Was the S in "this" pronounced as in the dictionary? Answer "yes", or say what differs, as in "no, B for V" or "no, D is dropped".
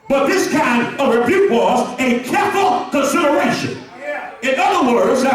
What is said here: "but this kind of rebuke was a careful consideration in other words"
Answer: yes